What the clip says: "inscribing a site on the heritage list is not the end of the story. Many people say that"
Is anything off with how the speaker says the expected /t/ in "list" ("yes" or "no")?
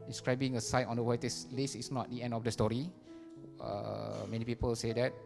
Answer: yes